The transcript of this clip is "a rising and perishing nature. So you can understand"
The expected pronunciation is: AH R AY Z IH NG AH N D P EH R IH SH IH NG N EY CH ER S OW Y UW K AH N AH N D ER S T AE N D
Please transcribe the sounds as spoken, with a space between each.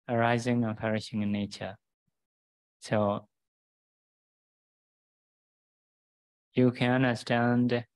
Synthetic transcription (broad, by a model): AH R AY Z IH NG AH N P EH R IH SH IH NG N EY CH ER S OW Y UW K AH N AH N D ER S T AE N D